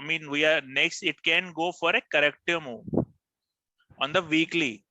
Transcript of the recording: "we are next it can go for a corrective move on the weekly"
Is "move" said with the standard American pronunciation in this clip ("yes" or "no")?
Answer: no